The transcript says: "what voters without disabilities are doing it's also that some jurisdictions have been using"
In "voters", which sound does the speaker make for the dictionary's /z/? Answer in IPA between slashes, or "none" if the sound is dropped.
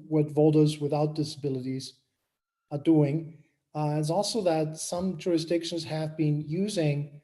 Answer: /z/